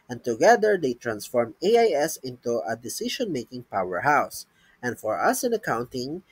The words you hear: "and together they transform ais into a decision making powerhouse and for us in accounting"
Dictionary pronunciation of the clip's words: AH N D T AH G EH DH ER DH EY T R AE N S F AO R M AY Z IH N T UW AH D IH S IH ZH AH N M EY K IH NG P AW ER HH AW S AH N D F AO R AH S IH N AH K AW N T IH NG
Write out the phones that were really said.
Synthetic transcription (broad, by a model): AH N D T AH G EH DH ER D EY T R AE N S F AO R M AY S IH N T UW AH D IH S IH SH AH N M EY K IH NG P AW ER HH AW S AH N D F AO R AH S IH N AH K AW N T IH NG